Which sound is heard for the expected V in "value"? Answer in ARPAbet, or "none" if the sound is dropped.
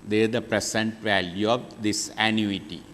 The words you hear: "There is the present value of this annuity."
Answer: V